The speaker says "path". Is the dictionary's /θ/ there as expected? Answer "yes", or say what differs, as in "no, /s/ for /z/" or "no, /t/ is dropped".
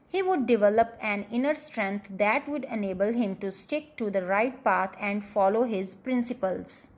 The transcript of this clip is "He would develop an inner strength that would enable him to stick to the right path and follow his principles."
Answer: no, /t/ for /θ/